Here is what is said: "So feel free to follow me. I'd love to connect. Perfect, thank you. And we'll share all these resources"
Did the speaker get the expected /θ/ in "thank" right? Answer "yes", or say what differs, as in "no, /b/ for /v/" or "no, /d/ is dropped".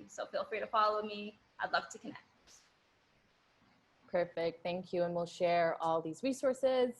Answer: yes